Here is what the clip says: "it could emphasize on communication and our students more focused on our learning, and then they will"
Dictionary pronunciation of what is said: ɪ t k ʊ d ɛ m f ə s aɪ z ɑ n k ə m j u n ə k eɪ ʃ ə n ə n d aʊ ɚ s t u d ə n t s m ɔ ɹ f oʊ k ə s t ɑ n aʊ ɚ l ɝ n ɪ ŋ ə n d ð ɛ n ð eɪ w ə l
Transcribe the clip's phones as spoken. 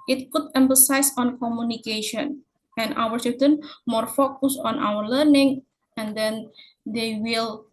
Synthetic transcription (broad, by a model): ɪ t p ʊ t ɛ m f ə s aɪ s ɑ n k ə m j u n ə k eɪ ʃ ə n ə n aʊ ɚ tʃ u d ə n m ɔ ɹ f oʊ k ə s ɑ n aʊ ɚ l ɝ n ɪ ŋ ə n d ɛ n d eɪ w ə l